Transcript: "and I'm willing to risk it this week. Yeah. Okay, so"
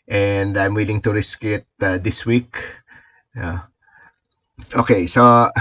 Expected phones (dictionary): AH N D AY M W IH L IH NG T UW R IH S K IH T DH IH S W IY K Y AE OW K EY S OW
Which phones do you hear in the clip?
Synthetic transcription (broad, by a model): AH N D AY M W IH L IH NG T UW R IH S K IH T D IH S W IY K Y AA OW K EY S OW